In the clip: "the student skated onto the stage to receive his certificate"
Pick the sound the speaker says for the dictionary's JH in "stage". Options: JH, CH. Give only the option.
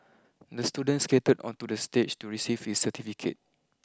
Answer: CH